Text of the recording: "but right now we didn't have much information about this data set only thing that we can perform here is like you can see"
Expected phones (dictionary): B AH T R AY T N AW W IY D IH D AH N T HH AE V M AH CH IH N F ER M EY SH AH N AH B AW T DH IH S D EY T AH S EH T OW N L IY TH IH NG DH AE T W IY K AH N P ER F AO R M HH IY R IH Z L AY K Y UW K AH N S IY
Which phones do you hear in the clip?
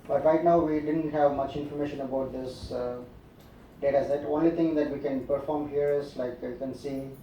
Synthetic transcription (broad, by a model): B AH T R AY T N AW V IY D IH D AH N T HH AE V M AH CH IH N F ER M EY SH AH N AH B AW T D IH S D EY T AH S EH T OW N L IY T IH NG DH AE T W IY K AH N P ER F AO R M HH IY R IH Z L AY K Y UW K AH N S IY